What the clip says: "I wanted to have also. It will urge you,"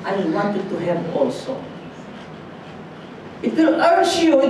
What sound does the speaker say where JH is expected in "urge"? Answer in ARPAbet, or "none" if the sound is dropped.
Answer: SH